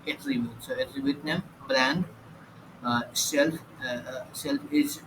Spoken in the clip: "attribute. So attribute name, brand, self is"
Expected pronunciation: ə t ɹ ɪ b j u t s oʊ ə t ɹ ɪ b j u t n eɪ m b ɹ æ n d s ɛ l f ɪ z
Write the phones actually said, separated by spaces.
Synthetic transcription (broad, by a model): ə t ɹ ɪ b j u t s oʊ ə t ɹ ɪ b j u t n eɪ m b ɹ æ n d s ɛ l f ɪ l